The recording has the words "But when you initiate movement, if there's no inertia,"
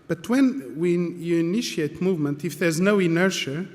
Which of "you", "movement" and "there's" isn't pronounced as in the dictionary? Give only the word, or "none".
none